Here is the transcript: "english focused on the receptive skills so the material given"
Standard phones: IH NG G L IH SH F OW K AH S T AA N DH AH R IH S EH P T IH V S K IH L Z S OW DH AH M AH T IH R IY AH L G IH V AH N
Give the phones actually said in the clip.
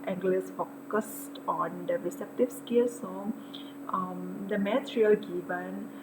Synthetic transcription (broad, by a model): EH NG G L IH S F OW K AH S T AA N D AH R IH S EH P T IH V S K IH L S OW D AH M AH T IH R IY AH L G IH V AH N